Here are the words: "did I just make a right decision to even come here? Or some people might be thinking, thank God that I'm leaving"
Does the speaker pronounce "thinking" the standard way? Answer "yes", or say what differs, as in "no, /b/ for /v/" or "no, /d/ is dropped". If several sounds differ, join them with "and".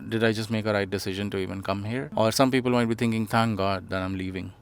no, /t/ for /θ/